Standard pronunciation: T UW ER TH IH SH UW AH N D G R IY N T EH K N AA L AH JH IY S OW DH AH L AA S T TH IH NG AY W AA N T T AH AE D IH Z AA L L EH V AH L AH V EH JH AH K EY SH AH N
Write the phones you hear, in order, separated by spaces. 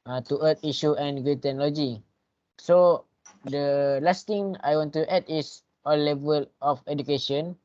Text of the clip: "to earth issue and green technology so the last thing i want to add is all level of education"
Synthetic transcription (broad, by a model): T UW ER T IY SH UW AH N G IY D T EH K N AA L AH JH IY S OW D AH L AA S T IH NG AY W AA N T T AH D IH S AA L L EH V AH L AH F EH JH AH K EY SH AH N